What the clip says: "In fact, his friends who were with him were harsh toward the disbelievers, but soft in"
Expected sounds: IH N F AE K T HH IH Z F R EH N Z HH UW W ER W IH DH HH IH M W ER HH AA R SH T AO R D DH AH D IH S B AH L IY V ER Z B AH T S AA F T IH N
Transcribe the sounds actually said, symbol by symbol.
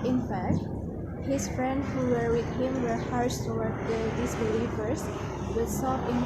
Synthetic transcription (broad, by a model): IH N F AE K T HH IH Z F R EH N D HH UW W ER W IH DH HH IH M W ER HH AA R S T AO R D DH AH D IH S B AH L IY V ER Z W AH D S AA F IH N